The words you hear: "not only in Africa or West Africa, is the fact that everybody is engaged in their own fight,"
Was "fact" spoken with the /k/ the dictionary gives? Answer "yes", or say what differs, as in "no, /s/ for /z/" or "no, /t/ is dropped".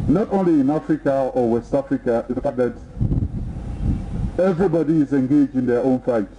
no, /k/ is dropped